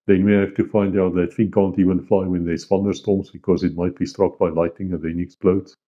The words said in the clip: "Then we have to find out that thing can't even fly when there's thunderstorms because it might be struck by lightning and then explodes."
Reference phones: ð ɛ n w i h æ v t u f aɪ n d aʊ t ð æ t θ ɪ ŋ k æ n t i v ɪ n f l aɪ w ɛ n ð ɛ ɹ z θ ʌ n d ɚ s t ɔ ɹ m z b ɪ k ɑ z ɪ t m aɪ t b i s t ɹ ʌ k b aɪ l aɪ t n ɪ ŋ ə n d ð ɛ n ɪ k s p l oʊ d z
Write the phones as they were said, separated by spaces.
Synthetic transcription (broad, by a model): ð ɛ n w i h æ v t u f aɪ n d aʊ t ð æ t f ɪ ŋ k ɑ n t i v ɪ n f l aɪ w ɛ n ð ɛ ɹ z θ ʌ n d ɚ s t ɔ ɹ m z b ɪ k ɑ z ɪ t m aɪ t b i s t ɹ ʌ k b aɪ l aɪ t ɪ ŋ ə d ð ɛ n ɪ k s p l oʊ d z